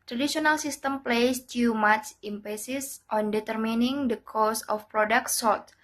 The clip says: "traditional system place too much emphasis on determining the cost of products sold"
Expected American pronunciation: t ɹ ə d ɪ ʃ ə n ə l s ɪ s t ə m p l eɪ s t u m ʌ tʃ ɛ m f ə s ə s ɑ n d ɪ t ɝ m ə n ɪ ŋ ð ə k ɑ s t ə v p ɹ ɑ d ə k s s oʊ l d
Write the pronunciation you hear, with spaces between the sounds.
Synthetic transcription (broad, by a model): t ɹ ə d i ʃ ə n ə l s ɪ s t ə m p l eɪ s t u m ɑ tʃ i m p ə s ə s ɑ n d ɪ t ɝ m ə n ɪ ŋ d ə k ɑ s ə f p ɹ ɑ d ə k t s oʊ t